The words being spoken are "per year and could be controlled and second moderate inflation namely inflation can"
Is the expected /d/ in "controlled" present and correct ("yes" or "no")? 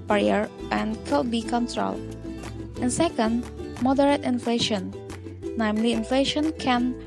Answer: no